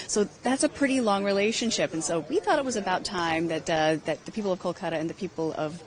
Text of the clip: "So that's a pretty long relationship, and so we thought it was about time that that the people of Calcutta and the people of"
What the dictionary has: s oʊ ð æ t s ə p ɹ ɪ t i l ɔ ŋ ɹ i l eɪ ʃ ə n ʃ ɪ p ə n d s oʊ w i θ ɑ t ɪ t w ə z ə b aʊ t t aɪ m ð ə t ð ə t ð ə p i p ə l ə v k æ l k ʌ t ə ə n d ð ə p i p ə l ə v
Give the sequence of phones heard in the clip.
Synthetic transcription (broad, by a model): s oʊ ð æ t s ə p ɹ ɪ t i l ɔ ŋ ɹ i l eɪ ʃ ə n ʃ ɪ p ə n s oʊ w i θ ɑ t ɪ t w ə z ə b aʊ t t aɪ m ð ə t ð ə t ð ə p i p l ə v k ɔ l k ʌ t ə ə n ð ə p i p l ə v